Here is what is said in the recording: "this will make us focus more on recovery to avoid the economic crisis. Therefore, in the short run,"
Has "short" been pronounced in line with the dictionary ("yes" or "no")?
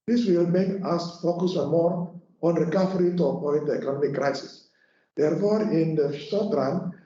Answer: no